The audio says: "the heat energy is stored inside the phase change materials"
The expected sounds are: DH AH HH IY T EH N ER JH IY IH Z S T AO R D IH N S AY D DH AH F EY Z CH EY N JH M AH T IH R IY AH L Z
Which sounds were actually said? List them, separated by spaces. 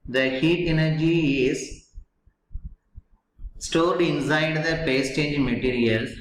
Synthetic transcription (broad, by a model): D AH HH IY T EH N ER JH IY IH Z S T AO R D IH N S AY D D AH P EY S CH EY N JH M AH T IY R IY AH L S